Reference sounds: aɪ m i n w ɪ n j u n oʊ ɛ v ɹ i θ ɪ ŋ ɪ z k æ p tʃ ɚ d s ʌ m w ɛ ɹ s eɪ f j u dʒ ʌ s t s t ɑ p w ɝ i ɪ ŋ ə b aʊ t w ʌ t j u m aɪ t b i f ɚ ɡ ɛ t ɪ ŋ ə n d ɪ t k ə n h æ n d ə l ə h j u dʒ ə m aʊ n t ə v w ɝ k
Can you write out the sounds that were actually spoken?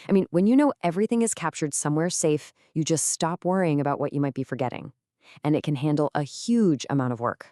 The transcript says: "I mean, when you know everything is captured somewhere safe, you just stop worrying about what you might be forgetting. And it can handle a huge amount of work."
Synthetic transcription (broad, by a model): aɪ m i n w ɪ n j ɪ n oʊ ɛ v ɹ i θ ɪ ŋ ɪ z k æ p tʃ ɚ d s ʌ m w ɛ ɹ s eɪ f j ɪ dʒ ʌ s t s t ɑ p w ɝ i ɪ ŋ ə b aʊ t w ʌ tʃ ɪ m aɪ t b i f ɚ ɡ ɛ t ɪ ŋ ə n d ɪ t k ə n h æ n d l ə h j u dʒ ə m aʊ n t ə v w ɝ k